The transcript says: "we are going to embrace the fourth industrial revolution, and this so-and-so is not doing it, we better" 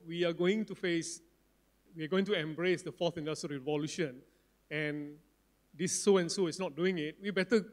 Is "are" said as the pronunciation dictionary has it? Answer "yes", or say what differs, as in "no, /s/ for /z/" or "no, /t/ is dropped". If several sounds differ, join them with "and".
no, /w/ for /ɹ/